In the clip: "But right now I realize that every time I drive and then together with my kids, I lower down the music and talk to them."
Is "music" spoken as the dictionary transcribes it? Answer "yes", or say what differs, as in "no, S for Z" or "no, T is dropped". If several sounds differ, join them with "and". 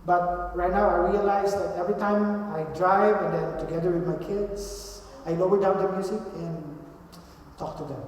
no, S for Z